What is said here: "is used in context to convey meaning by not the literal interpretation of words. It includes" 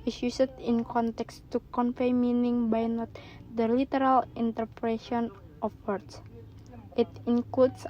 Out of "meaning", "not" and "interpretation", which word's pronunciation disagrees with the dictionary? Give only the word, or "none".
interpretation